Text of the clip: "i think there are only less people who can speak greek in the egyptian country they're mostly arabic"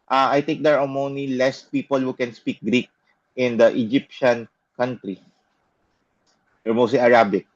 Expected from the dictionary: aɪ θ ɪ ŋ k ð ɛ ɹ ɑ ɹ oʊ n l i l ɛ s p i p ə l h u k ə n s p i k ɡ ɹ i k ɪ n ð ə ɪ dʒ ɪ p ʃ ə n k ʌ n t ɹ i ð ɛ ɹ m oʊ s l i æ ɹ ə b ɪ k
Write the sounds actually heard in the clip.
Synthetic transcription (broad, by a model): aɪ t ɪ ŋ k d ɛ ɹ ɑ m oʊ n i l ɛ s p i p ə l h u k ə n s p i k ɡ ɹ i k ɪ n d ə ɪ dʒ ɪ p ʃ ə n k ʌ n t ɹ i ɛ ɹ m oʊ s l i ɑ ɹ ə b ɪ k